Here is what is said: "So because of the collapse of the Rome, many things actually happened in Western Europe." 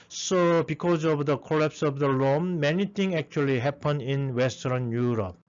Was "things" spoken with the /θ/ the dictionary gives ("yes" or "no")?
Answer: no